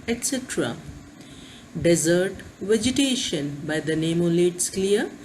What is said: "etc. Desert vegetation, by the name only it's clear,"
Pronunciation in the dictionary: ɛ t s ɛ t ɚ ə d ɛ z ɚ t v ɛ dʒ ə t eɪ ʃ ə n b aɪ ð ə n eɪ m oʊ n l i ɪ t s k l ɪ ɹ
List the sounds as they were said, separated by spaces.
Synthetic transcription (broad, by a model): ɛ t s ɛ t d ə d ɛ z ɚ t v ɛ dʒ ə t eɪ ʃ ə n b aɪ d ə n eɪ m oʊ l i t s k l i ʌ